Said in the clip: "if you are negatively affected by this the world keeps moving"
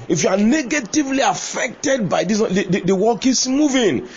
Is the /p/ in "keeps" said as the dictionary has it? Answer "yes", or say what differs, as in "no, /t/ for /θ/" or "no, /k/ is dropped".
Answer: no, /p/ is dropped